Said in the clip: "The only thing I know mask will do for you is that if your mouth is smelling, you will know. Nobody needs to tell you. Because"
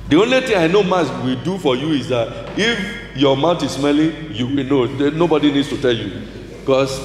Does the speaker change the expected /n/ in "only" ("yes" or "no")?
no